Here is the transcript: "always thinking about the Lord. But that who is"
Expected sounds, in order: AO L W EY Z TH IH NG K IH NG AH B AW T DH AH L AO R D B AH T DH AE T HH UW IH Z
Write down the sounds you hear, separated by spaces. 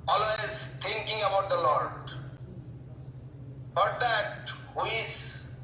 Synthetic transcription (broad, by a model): AO L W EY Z T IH NG K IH NG AH B AW T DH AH L AO R D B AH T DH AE T HH UW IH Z